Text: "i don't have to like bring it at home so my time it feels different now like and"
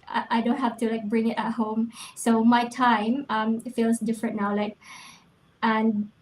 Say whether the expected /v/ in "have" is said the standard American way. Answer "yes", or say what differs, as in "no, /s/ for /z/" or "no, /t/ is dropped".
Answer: no, /f/ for /v/